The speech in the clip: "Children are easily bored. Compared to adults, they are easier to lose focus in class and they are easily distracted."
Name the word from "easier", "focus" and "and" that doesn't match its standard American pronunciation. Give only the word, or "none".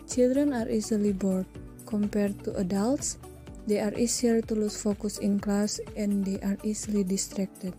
easier